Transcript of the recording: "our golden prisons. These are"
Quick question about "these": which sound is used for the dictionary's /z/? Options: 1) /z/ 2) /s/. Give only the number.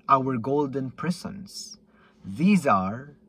1